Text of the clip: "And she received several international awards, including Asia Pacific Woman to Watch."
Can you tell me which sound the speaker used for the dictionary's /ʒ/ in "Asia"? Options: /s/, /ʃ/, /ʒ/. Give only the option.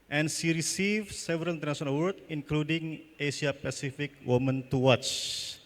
/ʃ/